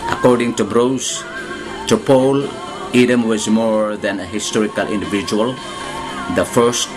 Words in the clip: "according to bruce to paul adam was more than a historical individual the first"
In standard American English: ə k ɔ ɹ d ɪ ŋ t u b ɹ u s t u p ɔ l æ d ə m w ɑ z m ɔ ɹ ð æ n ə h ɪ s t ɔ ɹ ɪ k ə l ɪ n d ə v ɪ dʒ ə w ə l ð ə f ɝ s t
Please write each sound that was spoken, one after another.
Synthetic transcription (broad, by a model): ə k ɔ ɹ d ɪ ŋ t u b ɹ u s t u p ɔ l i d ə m w ɑ z m ɔ ɹ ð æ n ə h ɪ s t ɔ ɹ ɪ k ə l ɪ n d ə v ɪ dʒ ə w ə l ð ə f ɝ s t